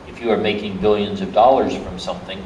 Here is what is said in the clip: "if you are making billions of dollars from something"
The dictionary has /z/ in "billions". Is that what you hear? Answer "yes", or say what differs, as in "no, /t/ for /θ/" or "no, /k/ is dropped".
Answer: yes